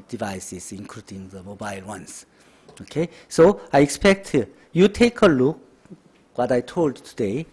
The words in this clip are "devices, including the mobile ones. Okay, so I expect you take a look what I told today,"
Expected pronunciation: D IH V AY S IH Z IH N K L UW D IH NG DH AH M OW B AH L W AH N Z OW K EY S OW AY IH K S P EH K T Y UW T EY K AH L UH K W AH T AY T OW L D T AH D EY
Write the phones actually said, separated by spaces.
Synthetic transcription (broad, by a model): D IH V AY S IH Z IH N K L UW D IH NG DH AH M OW B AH L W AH N S OW K EY S OW AY IH K S P EH K T Y UW T EY K AH L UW K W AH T AY T OW L D T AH D EY